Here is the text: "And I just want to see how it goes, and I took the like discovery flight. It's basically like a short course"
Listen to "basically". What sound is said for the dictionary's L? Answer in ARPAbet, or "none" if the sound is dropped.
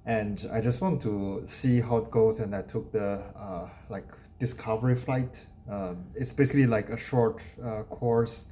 L